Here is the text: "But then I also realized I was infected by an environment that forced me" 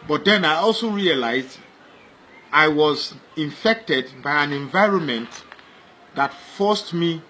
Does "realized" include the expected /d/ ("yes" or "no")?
yes